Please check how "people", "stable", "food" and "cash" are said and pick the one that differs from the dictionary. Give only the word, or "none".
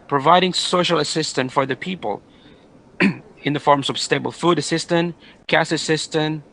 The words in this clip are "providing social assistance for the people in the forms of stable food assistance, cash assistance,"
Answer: cash